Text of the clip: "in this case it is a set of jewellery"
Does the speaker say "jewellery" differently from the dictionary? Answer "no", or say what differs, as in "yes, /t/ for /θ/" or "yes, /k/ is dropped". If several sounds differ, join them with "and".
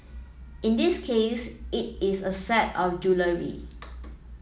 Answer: no